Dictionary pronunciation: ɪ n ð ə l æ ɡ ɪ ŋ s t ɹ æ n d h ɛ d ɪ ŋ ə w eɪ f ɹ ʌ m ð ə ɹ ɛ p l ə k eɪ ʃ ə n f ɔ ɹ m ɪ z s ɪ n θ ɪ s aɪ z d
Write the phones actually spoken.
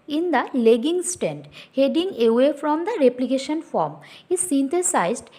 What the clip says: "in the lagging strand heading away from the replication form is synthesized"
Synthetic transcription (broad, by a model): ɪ n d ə l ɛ ɡ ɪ ŋ s t æ n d h ɛ d ɪ ŋ ə w eɪ f ɹ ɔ m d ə ɹ ɛ p l ə k eɪ ʃ ə n f ɔ ɹ m ɪ z s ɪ n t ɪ s aɪ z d